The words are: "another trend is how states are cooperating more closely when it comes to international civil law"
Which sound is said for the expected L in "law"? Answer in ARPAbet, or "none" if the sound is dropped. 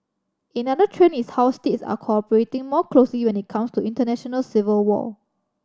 W